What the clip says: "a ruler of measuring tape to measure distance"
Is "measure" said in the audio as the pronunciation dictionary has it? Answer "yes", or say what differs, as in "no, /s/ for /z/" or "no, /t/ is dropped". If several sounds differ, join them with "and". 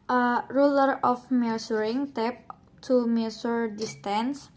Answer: no, /s/ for /ʒ/